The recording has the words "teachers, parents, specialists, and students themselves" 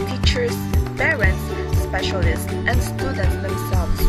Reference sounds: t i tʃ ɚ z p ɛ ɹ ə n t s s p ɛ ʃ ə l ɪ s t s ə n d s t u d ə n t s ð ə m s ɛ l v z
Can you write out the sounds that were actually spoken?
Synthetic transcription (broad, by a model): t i tʃ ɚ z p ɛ ɹ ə n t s s p ɛ ʃ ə l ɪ s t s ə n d s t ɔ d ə t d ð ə m s ɛ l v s